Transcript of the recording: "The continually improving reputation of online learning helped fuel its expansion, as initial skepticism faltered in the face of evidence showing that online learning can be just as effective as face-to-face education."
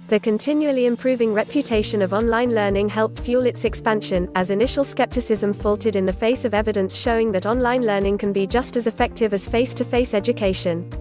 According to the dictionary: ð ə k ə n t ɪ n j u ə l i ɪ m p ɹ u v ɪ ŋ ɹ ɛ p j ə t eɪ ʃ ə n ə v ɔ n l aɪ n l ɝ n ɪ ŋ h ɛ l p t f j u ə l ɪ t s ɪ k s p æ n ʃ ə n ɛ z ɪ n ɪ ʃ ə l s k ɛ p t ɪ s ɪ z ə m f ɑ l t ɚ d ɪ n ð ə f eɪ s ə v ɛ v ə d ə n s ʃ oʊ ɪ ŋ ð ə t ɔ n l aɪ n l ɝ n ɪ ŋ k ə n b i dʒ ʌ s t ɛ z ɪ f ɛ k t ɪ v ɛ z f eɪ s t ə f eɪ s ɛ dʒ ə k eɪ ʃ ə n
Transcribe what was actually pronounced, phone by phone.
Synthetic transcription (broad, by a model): ð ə k ə n t ɪ n j u ə l i ɪ m p ɹ u v ɪ ŋ ɹ ɛ p j ə t eɪ ʃ ə n ə v ɔ n l aɪ n l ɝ n ɪ ŋ h ɛ l p t f j u l ɪ t s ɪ k s p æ n ʃ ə n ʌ z ɪ n ɪ ʃ ə l s k ɛ p t ɪ s ɪ z ə m f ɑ l t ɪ d ɪ n ð ə f eɪ s ə v ɛ v ə d ə n s ʃ oʊ ɪ ŋ ð ə t ɔ n l aɪ n l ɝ n ɪ ŋ k ə n b i dʒ ʌ s t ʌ z ɪ f ɛ k t ɪ v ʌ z f eɪ s t ə f eɪ s ɛ dʒ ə k eɪ ʃ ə n